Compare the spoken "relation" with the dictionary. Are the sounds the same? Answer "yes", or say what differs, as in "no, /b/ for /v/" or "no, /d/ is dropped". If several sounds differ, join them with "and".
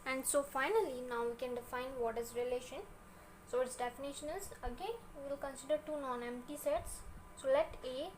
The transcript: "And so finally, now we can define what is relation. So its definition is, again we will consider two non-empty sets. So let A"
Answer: yes